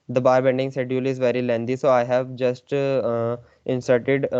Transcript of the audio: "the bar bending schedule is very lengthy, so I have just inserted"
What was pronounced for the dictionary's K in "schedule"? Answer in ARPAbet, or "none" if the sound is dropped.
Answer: none